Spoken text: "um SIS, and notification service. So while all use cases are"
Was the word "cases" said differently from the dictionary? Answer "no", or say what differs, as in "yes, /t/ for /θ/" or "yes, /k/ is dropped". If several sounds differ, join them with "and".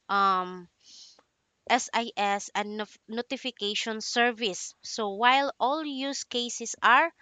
yes, /s/ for /z/